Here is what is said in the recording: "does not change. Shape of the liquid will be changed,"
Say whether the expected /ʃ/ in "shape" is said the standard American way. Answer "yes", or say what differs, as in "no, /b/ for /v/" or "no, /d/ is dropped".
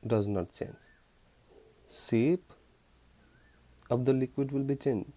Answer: no, /s/ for /ʃ/